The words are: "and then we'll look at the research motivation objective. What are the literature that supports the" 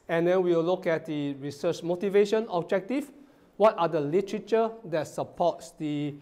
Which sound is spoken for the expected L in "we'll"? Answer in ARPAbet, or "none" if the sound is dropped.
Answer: W